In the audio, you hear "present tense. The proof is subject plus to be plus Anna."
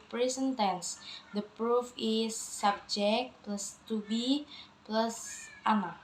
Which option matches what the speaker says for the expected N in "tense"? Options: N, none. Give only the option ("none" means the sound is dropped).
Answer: N